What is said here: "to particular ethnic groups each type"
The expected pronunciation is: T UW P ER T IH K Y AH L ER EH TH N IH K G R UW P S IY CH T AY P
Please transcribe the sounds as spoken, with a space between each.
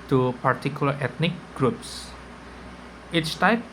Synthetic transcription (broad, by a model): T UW P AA T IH K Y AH L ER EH T N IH K G R UW P S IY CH T AY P